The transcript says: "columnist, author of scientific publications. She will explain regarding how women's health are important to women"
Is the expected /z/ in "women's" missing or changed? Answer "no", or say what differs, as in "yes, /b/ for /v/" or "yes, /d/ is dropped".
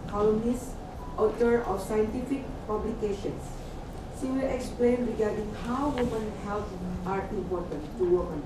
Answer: yes, /z/ is dropped